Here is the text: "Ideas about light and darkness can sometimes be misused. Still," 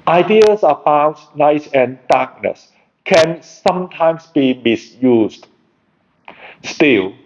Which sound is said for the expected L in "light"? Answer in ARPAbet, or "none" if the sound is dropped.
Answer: N